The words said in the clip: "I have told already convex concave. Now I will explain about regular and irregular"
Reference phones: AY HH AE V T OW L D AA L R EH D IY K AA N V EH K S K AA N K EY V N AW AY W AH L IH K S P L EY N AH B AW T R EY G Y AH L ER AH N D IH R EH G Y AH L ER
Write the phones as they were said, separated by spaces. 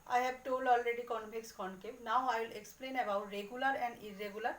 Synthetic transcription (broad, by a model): AY HH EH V T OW L AA L R EH D IY K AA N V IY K S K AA N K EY N AW AY W AH L IH K S P L EY N AH B AW T R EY G Y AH L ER AH N D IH R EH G Y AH L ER